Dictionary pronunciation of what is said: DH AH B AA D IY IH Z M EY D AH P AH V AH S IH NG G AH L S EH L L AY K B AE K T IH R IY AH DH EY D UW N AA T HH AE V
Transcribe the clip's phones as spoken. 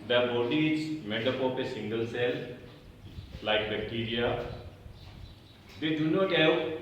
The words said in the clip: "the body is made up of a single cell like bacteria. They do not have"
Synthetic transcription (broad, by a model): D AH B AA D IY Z M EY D AH P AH P AH S IH NG G AH L S EH L L AY K B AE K T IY R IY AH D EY D UW N AA T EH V